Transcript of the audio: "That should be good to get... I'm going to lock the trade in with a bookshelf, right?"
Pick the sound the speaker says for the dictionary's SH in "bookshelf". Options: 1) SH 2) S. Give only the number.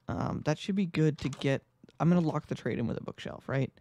1